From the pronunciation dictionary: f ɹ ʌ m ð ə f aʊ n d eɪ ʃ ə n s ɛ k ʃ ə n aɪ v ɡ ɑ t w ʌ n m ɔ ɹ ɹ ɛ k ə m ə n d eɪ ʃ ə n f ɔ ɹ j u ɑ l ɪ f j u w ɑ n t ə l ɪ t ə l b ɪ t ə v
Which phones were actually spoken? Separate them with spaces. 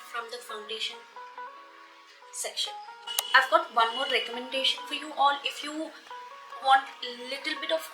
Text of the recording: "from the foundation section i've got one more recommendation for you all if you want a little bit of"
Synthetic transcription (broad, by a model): f ɹ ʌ m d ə f aʊ n d eɪ ʃ ə n s ɛ k ʃ ə n aɪ v ɡ ɑ t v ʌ n m ɔ ɹ ɹ ɛ k ə m ə n d eɪ ʃ ə n f ɔ ɹ j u ɑ l ɪ f j u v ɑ n t ə l ɪ t ə l b ɪ t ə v